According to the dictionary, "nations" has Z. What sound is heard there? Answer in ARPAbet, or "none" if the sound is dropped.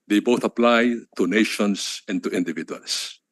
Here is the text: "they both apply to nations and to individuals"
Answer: S